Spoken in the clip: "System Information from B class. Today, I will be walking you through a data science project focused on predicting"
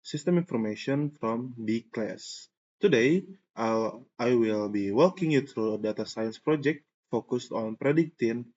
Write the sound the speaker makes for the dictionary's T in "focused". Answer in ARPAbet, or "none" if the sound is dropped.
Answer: T